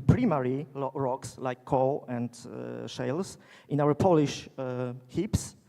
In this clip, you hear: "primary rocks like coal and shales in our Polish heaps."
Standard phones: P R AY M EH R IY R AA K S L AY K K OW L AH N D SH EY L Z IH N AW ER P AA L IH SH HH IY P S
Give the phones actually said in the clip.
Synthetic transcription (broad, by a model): P R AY M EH R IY R AA K S L AY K K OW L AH N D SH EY L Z IH N AW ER P AA L IH SH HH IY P S